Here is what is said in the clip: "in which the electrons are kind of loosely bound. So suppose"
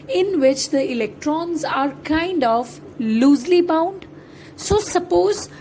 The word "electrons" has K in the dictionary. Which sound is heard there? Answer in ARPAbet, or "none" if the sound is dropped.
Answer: K